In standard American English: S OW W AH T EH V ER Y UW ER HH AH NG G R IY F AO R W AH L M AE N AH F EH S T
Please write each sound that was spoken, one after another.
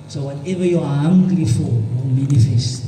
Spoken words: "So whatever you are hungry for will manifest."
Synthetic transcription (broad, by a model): S OW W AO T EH V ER Y UW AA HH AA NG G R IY F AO L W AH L M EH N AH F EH S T